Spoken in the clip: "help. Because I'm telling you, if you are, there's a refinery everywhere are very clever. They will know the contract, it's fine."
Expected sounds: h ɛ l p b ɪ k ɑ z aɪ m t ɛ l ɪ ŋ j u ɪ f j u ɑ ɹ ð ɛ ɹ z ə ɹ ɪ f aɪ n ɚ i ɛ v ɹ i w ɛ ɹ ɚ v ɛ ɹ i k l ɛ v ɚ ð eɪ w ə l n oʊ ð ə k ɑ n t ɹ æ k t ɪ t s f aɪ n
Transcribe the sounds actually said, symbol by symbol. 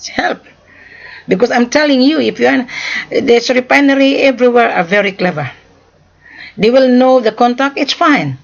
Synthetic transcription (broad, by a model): h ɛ l p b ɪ k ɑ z aɪ m t ɛ l ɪ ŋ j u ɪ f j u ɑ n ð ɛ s ə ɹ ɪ p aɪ n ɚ i ɛ v ɹ i w ɛ ɹ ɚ v ɛ ɹ i k l ɛ v ɚ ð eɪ w ə l n oʊ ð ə k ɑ n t æ k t ɪ t s f aɪ n